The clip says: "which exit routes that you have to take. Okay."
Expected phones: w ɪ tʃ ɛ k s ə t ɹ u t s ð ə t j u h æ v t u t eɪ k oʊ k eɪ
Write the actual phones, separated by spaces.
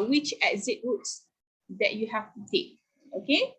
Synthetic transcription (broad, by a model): w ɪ tʃ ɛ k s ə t w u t s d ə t j u h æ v t u t eɪ k oʊ k eɪ